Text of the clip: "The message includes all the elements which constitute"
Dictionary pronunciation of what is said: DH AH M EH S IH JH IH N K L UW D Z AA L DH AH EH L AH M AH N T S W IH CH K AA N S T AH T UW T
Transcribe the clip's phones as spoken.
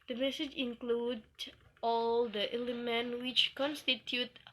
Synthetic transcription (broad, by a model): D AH M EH S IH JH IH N K L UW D AA L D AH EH L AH M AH N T W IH CH K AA N S T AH T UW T